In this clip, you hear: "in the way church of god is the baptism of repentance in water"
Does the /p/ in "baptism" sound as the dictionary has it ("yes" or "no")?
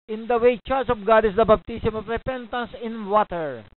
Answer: no